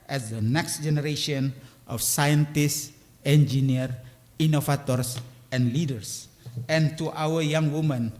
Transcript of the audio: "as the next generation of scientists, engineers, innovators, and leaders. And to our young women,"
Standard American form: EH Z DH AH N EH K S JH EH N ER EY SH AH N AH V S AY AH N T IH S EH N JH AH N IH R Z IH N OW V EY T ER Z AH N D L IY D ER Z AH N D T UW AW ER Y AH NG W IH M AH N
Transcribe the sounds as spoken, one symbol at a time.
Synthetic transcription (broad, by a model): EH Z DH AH N EH K S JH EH N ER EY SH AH N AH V S AY AH N T IH S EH N JH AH N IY R IY N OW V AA T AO S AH N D L IY D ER S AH N T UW AW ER Y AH NG W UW M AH N